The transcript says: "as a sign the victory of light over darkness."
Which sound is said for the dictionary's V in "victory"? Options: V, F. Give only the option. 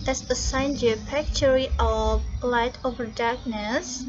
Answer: F